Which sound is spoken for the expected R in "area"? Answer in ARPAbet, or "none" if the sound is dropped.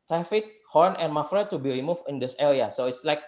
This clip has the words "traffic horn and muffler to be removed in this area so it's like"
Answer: L